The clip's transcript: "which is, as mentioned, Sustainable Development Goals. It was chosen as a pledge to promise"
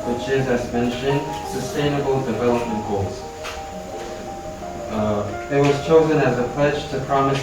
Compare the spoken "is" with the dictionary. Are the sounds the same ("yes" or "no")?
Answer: yes